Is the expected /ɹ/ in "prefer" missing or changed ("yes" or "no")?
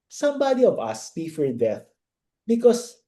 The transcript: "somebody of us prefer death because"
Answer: yes